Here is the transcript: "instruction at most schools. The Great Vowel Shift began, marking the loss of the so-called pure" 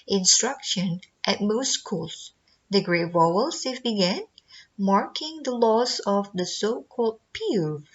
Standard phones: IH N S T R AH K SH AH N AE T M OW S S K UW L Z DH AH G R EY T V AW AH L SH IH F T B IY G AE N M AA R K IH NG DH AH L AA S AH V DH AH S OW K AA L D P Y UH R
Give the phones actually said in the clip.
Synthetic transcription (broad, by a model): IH N S T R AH K SH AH N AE T M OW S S K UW L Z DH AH G R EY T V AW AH L S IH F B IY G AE N M AA R K IH NG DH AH L AA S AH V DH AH S OW K AA L D P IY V